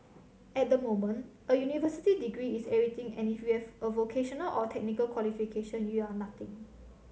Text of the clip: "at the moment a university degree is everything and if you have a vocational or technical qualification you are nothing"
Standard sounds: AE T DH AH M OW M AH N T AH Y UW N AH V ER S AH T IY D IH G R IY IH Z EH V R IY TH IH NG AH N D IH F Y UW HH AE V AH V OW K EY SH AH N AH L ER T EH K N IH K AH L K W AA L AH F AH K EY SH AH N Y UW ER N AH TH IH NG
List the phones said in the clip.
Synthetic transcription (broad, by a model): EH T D AH M OW M AH N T AH Y UW N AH V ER S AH T IY D IH G R IY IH S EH R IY T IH NG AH N IH F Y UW HH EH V AH V OW K EY SH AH N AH L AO T EH K N IH K AH L K W AA L AH F AH K EY SH AH N Y UW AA N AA T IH NG